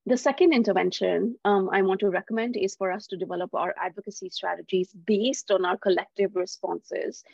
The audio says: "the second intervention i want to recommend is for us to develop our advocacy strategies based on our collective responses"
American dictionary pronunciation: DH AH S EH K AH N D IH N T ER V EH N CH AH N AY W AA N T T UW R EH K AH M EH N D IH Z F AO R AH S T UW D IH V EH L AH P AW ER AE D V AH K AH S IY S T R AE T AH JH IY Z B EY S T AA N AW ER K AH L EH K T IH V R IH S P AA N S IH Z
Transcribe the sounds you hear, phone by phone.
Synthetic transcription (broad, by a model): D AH S EH K AH N D IH N T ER V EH N SH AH N AY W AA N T T UW R EH K AH M EH N D IH Z F AO R AH S T UW D IH V EH L AH P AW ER AE D V AH K AH S IY S T R AE T AH JH IY Z B EY S T AA N AW ER K AH L EH K T IH V R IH S P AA N S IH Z